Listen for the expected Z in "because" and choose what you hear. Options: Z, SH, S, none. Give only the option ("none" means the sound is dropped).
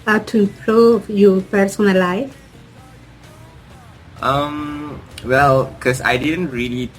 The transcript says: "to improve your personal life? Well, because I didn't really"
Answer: S